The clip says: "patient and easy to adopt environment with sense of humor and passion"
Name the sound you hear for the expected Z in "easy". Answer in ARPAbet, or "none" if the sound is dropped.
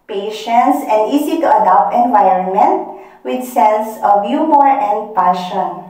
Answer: S